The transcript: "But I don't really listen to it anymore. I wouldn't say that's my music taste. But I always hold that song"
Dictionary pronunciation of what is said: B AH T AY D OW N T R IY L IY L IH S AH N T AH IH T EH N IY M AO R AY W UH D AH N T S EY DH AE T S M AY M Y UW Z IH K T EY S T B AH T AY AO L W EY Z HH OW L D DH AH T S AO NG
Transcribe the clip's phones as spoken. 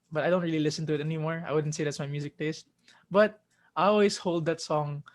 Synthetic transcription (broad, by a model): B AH T AY D OW N T R IY L IY L IH S AH N T AH IH T EH N IY M AO R AY W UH D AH N T S EY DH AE T S M AY M Y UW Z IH K T EY S T B AH T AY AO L W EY S HH OW L D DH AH T S AO NG